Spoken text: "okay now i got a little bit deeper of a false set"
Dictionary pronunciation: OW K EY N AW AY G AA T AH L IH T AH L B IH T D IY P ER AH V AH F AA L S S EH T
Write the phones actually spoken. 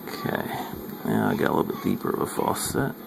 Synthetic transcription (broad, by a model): K EY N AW AY G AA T AH L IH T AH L B IH T D IY P ER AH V AH F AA S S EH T